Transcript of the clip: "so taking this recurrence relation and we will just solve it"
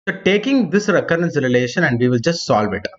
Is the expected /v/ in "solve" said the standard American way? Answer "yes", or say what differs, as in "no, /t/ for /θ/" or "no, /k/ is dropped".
yes